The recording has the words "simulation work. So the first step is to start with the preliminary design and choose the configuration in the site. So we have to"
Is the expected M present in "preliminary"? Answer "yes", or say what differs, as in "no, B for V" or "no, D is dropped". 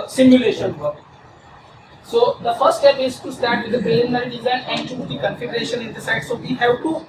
no, M is dropped